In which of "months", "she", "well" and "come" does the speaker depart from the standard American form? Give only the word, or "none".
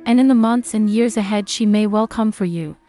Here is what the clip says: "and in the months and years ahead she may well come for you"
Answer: none